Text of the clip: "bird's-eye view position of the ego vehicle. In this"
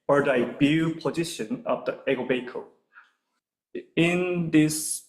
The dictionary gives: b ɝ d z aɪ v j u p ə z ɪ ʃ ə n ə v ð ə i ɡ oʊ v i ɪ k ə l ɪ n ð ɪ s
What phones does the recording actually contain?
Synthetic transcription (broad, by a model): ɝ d aɪ b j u p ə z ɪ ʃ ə n ə v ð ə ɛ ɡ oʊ b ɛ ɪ k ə ɪ n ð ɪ s